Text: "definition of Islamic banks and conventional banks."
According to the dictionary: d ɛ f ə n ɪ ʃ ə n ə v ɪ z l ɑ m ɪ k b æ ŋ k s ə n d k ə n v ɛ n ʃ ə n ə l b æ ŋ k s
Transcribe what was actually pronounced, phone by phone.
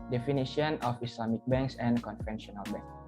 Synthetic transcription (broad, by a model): d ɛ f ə n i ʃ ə n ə f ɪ s l ɑ m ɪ k b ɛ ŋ k s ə n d k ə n f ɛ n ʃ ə n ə l b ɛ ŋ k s